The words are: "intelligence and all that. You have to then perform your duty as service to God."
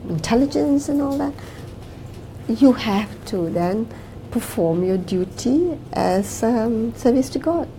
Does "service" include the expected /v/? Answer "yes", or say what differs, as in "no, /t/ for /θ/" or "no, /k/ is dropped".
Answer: yes